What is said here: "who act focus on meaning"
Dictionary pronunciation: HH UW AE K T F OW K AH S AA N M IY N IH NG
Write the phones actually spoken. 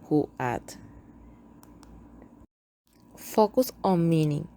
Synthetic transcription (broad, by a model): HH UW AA T F OW K AH S AA N M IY N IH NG